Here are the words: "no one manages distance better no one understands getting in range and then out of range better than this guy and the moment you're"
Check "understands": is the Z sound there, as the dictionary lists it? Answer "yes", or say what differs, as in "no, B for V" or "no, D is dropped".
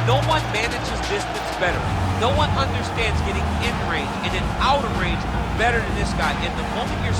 yes